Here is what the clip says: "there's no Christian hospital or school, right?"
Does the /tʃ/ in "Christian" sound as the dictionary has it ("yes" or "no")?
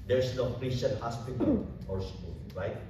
no